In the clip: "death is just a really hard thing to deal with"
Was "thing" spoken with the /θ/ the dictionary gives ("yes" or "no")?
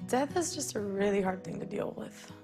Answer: yes